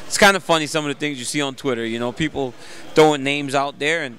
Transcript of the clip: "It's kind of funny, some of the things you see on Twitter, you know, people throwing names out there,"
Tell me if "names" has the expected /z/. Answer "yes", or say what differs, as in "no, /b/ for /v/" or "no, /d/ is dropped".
yes